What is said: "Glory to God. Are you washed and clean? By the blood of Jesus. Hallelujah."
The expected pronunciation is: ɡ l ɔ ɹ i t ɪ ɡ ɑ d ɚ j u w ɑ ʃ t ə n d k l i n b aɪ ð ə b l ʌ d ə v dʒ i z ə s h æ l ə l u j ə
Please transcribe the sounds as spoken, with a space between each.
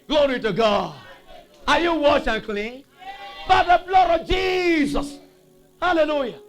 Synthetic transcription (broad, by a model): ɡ l ɔ ɹ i t ɪ ɡ ɑ d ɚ j u w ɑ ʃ ə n k l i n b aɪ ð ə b l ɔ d ə v dʒ i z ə s h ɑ l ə l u j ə